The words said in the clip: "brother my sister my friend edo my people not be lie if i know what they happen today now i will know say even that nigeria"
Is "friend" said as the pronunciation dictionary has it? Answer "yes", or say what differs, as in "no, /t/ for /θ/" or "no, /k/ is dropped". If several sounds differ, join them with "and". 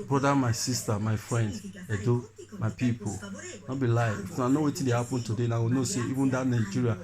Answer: yes